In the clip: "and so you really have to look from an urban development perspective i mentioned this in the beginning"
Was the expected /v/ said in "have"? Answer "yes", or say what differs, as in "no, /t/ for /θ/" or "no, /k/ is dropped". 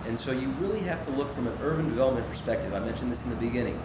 no, /f/ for /v/